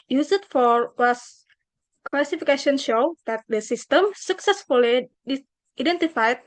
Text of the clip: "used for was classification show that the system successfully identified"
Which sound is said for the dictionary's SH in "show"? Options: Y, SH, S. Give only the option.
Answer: SH